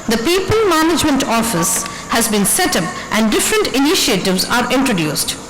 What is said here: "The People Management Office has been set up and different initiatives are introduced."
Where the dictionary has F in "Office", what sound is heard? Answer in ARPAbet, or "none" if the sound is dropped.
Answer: F